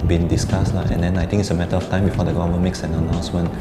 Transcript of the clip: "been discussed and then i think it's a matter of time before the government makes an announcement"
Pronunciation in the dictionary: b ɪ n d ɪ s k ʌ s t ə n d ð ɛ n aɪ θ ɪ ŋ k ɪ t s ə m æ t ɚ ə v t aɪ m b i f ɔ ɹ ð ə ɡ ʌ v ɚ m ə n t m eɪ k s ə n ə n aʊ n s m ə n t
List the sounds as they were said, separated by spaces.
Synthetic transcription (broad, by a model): b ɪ n d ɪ s k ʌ s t ə n d ɛ n aɪ t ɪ ŋ ɪ t s ə m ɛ t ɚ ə f t aɪ m b i f ɔ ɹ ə ɡ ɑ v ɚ m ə n m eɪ k s ə n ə n aʊ n s m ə n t